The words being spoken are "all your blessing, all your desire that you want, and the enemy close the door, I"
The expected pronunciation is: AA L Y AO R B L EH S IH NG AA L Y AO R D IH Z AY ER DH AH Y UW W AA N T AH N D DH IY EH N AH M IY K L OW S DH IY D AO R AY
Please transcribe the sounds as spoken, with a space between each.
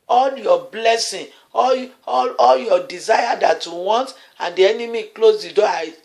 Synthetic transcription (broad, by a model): AA L Y AO B L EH S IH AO AA L Y AO D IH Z AY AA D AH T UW W AA N T AH N D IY EH N AH M IY K L OW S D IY D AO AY